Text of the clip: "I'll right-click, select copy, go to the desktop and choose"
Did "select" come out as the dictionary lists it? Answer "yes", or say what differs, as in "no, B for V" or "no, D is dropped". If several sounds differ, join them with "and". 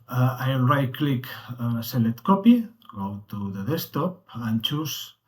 no, K is dropped